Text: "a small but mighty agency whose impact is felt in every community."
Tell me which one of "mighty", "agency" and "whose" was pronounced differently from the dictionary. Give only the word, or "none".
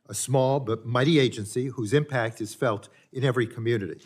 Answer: none